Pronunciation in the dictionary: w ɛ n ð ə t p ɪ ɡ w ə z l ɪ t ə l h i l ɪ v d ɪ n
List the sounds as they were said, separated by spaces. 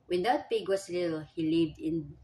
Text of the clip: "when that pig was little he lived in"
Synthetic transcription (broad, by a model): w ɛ n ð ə t p ɪ ɡ w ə s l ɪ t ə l h i l ɪ v d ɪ n